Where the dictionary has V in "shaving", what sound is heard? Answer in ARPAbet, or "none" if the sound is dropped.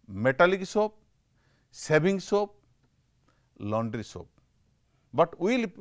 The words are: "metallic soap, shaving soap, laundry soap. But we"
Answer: B